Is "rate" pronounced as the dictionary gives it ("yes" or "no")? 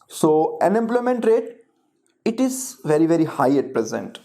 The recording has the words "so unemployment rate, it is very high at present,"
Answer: yes